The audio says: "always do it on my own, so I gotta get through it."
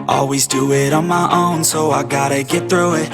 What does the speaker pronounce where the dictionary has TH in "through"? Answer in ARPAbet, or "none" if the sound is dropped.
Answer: TH